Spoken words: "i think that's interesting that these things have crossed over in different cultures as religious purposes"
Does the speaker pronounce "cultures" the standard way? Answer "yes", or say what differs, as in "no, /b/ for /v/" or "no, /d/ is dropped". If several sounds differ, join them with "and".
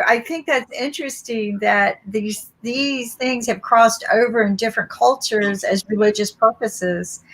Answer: yes